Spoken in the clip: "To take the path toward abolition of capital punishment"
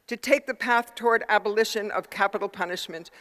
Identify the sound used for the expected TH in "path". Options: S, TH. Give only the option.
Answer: TH